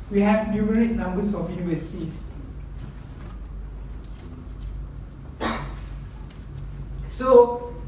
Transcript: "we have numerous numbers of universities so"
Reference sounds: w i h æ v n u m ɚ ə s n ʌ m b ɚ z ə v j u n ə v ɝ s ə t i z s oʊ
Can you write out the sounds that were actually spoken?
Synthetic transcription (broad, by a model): w i h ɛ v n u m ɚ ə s n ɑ m b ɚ s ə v j u n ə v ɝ s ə t i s s oʊ